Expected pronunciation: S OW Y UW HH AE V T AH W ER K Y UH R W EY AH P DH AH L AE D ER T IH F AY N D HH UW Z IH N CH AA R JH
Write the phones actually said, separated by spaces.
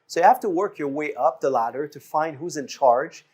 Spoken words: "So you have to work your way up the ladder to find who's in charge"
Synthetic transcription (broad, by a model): S OW Y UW HH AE F T AH W ER K Y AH R W EY AH P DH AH L AE D ER T IH F AY N D HH UW Z IH N CH AA R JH